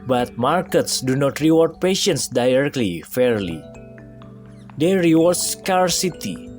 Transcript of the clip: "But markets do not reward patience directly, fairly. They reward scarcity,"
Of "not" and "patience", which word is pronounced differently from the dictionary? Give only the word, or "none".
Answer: none